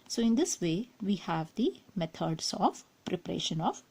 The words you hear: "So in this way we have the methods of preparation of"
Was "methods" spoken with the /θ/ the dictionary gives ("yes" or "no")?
no